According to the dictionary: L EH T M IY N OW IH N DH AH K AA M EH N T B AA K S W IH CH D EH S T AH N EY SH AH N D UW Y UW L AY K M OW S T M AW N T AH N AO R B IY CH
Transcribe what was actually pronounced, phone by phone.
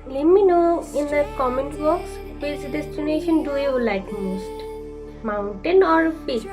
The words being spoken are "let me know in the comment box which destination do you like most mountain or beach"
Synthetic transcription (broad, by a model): L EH T M IY N OW IH N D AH K AA M EH N T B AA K S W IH S D EH S T AH N EY SH AH N D UW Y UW L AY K M OW S T M AW N T AH N AO R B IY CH